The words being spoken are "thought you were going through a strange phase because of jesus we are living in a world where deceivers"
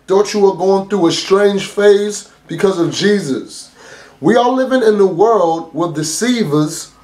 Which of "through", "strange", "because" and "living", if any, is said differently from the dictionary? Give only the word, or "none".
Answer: strange